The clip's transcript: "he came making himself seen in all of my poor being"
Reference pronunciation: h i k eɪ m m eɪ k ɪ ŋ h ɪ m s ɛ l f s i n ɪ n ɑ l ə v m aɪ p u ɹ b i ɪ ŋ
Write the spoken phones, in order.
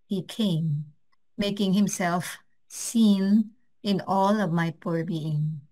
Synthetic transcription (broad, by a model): h i k eɪ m m eɪ k ɪ ŋ h ɪ m s ɛ l f s i n ɪ n ɑ l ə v m aɪ p u ɹ b i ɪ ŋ